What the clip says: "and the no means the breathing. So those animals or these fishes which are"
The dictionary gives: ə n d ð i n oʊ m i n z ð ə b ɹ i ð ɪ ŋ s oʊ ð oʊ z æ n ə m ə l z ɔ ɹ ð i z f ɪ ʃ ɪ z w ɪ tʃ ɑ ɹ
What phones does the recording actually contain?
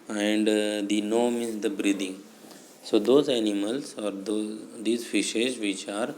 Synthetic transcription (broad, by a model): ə n d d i n oʊ m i z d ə b ɹ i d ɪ ŋ s oʊ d oʊ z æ n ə m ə l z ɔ ɹ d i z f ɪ ʃ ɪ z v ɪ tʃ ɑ ɹ